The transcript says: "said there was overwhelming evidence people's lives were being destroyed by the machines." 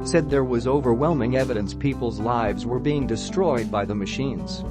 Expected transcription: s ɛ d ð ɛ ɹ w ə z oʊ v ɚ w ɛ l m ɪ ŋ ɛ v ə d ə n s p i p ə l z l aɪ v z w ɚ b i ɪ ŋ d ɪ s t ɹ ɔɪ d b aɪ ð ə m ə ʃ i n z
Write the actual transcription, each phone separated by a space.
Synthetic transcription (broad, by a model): s ɛ d ð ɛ ɹ w ə z oʊ v ɚ w ɛ l m ɪ ŋ ɛ v ə d ə n s p i p l z l aɪ v z w ɚ b i ɪ ŋ d ɪ s t ɹ ɔɪ d b aɪ ð ə m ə ʃ i n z